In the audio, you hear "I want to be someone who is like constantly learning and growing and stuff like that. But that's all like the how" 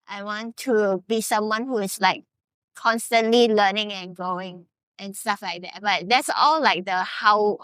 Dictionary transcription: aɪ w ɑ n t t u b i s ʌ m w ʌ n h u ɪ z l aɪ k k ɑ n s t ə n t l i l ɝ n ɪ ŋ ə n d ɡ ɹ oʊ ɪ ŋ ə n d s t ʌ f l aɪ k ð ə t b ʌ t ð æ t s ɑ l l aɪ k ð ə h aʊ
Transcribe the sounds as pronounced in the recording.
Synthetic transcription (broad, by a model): aɪ w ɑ n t t u b i s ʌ m w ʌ n h u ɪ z l aɪ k k ɑ n s t ə n t l i l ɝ n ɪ ŋ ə n ɡ ɹ oʊ ɪ ŋ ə n s t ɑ f l aɪ k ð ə t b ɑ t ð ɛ t s ɑ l l aɪ k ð ə h aʊ